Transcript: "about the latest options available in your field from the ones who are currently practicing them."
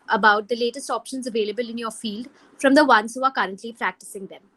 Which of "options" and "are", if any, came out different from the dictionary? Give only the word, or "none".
none